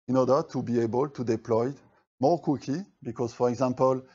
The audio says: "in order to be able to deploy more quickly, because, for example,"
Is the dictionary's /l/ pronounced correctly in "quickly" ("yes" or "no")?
no